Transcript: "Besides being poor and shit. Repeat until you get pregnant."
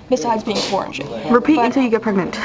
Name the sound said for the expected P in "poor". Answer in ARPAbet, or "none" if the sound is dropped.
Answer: F